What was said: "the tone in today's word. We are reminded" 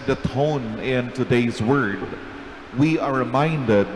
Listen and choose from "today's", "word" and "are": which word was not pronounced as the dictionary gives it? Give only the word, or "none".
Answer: none